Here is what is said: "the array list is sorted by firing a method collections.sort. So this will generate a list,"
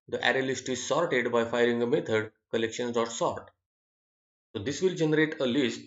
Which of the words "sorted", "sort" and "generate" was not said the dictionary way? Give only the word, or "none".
none